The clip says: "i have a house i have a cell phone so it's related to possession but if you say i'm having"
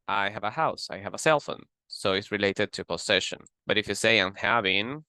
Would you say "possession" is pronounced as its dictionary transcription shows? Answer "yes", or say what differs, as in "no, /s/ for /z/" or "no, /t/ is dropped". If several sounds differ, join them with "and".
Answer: no, /s/ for /z/